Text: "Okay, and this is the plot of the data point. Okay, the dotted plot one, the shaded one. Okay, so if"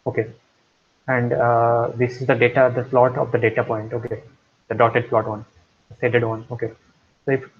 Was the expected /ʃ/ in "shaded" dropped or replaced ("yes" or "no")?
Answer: yes